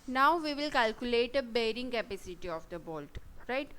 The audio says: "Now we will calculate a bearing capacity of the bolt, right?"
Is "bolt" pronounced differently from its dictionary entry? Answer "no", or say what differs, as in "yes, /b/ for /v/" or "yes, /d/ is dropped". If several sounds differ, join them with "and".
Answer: no